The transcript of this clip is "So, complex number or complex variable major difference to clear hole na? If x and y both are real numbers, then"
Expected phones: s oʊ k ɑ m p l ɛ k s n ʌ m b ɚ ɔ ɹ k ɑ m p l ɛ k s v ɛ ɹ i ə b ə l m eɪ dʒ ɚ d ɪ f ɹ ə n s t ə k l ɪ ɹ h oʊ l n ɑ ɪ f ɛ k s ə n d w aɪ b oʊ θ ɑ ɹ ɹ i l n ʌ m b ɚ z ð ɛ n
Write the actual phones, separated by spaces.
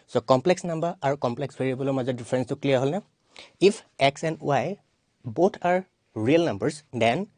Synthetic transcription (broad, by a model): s oʊ k ɑ m p l ɛ k s n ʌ m b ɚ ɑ ɹ k ɑ m p l ɛ k s b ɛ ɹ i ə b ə l m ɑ z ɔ d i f ɹ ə n s t ə k l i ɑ h oʊ l n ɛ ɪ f ɛ k s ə n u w aɪ b oʊ t ɑ ɹ ɹ i l n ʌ m b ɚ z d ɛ n